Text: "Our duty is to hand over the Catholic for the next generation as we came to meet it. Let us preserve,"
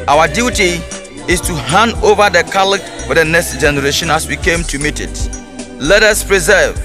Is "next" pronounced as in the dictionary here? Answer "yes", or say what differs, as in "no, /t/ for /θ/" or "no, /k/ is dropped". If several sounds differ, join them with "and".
yes